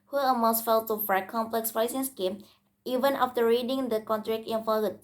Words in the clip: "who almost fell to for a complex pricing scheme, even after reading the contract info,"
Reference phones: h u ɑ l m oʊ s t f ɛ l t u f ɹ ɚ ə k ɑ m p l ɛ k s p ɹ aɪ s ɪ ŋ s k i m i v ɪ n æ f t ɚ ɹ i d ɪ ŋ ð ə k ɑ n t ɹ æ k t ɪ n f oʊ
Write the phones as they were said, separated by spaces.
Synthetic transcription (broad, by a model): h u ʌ m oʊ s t f ɛ l t u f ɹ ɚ ə k ɑ m p l ɛ k s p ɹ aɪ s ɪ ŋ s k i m i v ɪ n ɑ f t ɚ ɹ i d ɪ ŋ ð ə k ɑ n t ɹ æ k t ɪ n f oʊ